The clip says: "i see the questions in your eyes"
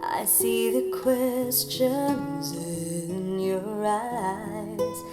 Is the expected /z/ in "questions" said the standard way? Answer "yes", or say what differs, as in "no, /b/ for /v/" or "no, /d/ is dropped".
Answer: yes